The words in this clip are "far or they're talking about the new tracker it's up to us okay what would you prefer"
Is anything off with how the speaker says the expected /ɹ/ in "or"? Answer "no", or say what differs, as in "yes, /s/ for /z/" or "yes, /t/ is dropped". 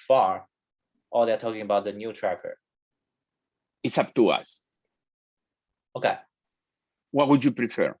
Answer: yes, /l/ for /ɹ/